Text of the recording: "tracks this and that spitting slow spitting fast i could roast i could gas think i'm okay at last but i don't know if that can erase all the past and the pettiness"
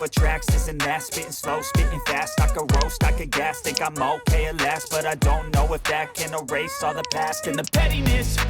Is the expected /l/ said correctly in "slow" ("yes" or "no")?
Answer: yes